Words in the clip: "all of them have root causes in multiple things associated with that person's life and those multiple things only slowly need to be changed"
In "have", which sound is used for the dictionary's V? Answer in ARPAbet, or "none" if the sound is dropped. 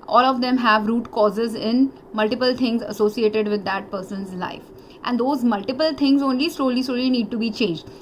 V